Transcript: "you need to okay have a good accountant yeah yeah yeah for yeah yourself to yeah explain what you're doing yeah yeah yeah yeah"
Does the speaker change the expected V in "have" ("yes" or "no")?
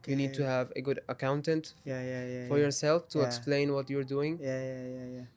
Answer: no